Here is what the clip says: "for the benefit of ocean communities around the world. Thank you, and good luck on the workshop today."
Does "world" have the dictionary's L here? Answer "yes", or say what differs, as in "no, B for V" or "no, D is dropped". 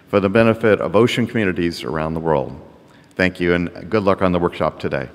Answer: yes